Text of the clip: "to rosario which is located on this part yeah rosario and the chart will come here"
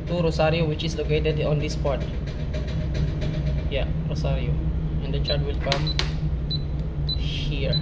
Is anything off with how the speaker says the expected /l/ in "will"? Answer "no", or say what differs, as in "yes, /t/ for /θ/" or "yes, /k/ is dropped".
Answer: no